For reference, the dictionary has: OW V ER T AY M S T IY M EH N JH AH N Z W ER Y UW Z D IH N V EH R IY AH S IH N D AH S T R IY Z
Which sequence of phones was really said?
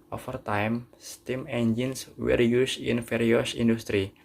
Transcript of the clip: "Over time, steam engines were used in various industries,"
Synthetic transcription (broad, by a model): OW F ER T AY M S T IY M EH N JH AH N S W ER Y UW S IH N F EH R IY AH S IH N D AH S T R IY